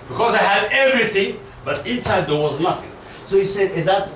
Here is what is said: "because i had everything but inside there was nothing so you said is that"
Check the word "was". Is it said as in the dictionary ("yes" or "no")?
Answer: yes